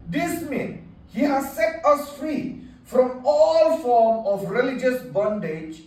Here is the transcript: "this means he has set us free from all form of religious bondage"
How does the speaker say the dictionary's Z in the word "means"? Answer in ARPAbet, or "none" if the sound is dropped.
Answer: none